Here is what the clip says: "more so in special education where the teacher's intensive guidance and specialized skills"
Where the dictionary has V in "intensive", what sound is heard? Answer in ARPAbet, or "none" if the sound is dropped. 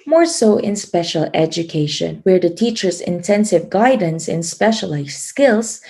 V